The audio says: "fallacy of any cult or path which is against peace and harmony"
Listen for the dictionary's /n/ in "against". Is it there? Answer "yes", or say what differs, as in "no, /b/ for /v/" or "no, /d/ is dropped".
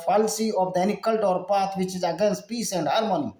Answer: yes